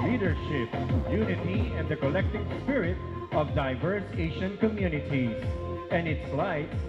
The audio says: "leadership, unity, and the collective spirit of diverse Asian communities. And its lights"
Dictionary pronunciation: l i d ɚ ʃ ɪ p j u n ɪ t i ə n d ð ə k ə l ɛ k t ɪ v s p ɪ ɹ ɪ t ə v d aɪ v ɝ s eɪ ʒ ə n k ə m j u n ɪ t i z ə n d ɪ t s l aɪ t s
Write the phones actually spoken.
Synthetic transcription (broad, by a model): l i d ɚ ʃ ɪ p j u n ɪ t i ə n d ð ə k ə l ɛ k t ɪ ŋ s p ɪ ɹ ɪ t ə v d aɪ v ɝ s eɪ ʃ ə n k ə m j u n ɪ t i z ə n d ɪ t s l aɪ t